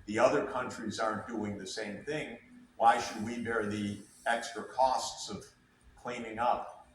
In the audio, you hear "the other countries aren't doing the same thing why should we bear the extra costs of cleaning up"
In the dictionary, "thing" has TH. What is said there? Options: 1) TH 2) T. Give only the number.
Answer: 1